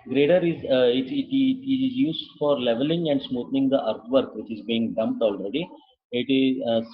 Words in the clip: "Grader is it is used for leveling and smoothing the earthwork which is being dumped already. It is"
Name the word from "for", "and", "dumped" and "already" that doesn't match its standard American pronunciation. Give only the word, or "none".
none